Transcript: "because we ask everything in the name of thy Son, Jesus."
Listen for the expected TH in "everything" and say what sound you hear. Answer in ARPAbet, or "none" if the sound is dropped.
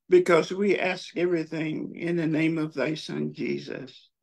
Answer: TH